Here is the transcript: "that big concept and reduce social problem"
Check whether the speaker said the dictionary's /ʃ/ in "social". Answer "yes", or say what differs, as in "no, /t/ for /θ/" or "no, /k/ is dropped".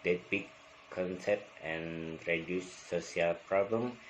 no, /ʃ/ is dropped